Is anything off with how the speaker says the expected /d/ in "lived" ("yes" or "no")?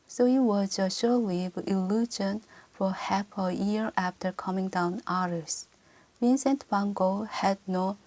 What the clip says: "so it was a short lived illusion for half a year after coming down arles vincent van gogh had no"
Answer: yes